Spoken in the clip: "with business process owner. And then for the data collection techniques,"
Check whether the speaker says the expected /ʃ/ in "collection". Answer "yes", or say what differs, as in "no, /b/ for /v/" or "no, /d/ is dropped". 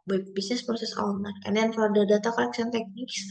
no, /s/ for /ʃ/